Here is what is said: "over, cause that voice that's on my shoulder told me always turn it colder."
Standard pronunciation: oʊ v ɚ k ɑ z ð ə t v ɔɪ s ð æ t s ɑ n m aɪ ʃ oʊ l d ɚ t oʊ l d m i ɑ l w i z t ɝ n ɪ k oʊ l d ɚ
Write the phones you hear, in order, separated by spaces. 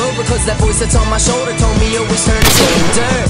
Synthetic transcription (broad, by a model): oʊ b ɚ k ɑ z ð ə t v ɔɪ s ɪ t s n m aɪ ʃ oʊ l d ɚ t oʊ l d m i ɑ w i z t ɝ n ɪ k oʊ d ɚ